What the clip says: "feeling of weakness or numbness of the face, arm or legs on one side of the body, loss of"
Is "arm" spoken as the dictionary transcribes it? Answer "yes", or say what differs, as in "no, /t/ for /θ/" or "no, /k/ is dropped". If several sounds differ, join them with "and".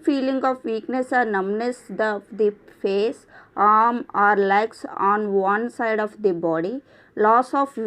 yes